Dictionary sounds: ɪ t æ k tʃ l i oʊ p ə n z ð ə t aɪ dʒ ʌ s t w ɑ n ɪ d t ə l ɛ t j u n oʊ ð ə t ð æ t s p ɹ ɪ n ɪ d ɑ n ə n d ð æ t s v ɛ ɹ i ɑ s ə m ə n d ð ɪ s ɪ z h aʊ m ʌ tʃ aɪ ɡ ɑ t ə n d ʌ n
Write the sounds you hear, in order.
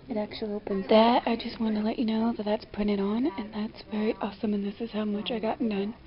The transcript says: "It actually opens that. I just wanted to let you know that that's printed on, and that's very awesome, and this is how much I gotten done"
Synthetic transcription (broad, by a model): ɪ t æ k tʃ l i oʊ p ə n z ð ə t aɪ dʒ ʌ s t w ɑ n t ə l ɛ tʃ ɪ n oʊ ð ə t ð æ t s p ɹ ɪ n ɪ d n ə n ð æ t s v ɛ ɹ i ɑ s ə m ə n ð ɪ s ɪ z h aʊ m ʌ tʃ aɪ ɡ ɑ t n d ʌ n